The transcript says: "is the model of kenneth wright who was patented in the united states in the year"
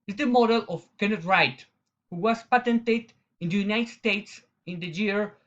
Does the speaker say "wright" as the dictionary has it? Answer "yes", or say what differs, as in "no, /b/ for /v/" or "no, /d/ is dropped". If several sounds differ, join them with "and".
yes